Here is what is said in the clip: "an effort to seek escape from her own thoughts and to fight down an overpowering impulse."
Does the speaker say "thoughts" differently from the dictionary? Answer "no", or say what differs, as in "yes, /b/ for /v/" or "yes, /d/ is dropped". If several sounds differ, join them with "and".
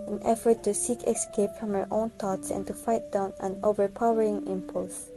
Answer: yes, /t/ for /θ/